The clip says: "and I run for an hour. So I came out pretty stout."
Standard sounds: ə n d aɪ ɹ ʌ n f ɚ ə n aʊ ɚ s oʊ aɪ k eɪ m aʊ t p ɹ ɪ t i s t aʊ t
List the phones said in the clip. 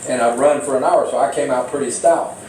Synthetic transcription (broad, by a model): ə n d aɪ ɹ ʌ n f ɚ ə n aʊ ɚ s oʊ aɪ k eɪ m aʊ t p ɹ ɪ t i s t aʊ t